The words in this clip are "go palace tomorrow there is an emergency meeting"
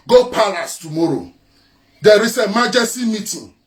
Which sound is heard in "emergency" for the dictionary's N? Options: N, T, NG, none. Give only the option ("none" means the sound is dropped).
none